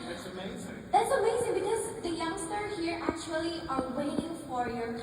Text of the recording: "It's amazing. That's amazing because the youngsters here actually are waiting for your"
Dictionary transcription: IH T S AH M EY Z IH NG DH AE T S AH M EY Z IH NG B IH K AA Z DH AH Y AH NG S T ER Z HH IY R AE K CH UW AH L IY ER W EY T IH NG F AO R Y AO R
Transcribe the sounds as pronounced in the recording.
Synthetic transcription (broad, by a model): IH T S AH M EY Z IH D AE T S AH M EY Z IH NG B IH K AA Z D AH Y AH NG S T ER HH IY R AE K CH UW AH L IY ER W EY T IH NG F AO R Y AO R